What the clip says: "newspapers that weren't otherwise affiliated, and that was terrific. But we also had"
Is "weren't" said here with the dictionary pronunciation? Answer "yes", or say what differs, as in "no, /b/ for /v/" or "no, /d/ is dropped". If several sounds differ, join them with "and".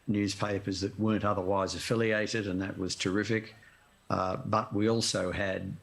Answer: yes